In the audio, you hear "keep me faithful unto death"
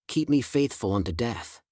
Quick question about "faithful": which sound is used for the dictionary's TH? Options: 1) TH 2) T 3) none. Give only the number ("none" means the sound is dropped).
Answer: 1